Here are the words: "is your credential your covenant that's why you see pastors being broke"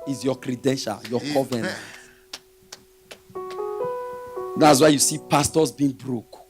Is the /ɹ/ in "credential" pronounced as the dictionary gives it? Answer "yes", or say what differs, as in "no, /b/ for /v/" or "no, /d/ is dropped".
yes